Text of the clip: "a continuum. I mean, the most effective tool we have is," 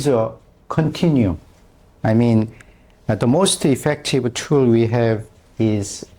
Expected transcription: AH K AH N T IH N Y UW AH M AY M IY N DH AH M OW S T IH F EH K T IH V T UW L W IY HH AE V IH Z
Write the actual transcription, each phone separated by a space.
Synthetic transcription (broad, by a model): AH K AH N T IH N Y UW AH IH M IY N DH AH M OW S T IH F EH K T IH V T UW L W IY HH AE V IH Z